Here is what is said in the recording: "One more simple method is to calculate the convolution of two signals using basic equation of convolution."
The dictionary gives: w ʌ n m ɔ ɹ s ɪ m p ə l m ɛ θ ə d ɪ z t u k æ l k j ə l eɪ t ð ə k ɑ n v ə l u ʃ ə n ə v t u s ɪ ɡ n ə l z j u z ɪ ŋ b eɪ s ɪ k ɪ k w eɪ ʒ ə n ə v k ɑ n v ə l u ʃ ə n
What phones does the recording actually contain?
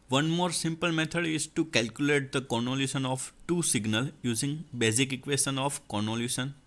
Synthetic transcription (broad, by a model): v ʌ n m ɔ ɹ s ɪ m p ə l m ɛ t ə d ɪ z t u k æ l k j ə l eɪ t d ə k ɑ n ə l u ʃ ə n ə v t u s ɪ ɡ n ə l j u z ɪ ŋ b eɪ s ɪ k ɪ k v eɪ s ə n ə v k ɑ n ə l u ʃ ə n